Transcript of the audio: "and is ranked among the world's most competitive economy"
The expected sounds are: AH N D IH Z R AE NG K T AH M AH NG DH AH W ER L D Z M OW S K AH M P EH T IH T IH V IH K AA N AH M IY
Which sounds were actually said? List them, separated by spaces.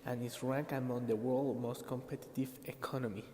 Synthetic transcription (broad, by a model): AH N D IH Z R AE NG K AH M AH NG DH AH W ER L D M OW S K AH M P EH T IH T IH V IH K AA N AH M IY